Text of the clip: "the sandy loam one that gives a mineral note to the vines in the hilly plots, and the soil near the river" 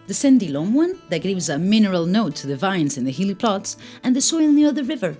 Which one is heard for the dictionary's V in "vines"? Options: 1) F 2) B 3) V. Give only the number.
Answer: 3